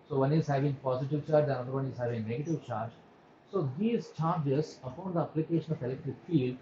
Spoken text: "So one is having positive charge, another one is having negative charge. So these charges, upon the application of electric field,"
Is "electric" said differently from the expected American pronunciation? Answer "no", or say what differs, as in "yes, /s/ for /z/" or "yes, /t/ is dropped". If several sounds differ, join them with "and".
yes, /ɹ/ is dropped